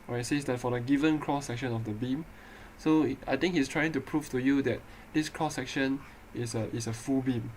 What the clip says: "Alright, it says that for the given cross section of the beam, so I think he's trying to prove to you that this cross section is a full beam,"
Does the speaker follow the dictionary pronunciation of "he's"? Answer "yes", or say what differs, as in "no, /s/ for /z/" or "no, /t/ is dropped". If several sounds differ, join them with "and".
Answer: no, /s/ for /z/